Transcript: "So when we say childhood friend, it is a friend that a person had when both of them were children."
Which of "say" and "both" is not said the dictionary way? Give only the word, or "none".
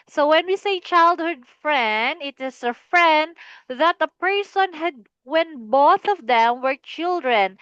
none